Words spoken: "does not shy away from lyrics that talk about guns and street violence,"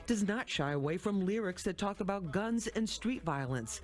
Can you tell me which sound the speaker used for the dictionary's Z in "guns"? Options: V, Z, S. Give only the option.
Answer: Z